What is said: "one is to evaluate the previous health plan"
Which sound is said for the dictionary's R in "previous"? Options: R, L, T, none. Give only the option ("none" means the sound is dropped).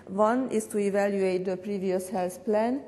R